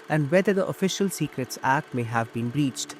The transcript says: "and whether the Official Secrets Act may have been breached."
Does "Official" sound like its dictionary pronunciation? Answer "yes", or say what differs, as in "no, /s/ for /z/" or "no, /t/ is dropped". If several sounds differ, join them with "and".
yes